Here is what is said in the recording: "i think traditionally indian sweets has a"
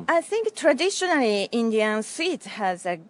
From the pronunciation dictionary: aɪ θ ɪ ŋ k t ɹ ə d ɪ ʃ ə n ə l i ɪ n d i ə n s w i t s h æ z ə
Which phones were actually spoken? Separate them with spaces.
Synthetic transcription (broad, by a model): aɪ θ ɪ ŋ k t ɹ ə d ɪ ʃ ə n ə l i ɪ n d i ə n s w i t h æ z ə